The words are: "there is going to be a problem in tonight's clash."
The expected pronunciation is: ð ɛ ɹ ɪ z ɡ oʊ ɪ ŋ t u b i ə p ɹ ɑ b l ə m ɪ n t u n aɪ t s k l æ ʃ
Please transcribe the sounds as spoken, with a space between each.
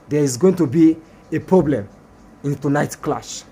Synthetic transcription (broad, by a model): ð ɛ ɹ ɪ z ɡ oʊ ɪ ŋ t u b i ə p ɹ ɑ b l ə m ɪ n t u n aɪ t k l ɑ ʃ